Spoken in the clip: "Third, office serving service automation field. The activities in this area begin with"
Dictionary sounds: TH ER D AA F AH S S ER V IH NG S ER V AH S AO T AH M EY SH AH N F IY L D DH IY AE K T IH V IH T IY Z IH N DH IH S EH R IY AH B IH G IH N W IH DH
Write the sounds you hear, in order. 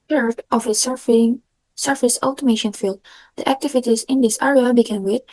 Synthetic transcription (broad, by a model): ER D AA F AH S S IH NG S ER F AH S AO T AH M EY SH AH N F IY L D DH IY AE K T IH V IH T IY Z IH N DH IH S EH R IY AH B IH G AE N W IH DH